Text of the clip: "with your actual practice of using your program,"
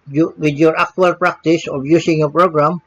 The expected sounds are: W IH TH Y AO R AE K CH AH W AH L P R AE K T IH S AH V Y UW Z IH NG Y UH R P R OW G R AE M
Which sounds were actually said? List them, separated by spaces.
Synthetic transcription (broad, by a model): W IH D Y AO R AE K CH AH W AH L P R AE K T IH S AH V Y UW S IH NG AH P R OW G R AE M